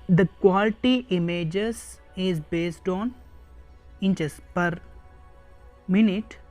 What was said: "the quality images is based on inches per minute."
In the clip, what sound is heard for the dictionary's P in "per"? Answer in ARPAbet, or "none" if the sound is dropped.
P